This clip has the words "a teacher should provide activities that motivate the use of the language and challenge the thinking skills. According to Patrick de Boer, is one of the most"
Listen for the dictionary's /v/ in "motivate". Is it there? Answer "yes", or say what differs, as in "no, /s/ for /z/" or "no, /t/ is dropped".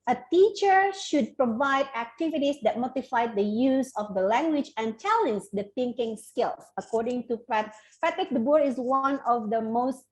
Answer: no, /f/ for /v/